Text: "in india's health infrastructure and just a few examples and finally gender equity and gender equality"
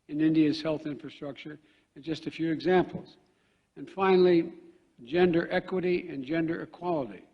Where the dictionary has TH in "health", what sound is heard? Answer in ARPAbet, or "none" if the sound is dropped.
TH